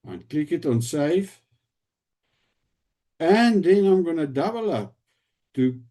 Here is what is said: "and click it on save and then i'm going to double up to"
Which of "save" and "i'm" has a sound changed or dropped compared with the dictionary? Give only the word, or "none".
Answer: save